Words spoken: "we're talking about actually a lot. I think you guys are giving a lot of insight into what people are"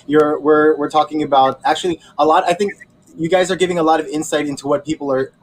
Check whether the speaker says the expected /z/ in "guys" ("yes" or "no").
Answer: yes